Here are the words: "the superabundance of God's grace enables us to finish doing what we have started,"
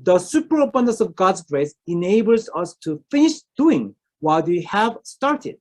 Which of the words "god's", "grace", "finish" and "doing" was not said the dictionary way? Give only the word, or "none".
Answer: none